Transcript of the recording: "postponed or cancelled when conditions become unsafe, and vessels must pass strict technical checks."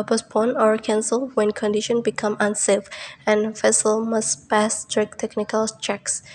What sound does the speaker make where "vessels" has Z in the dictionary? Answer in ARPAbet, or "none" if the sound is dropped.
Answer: none